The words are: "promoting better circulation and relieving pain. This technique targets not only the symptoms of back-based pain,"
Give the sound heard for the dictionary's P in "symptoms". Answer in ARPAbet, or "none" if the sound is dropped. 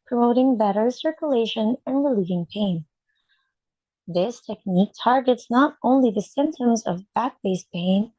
P